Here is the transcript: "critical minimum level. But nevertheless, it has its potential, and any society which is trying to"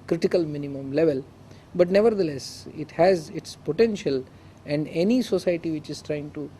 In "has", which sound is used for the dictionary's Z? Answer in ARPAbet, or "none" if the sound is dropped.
Z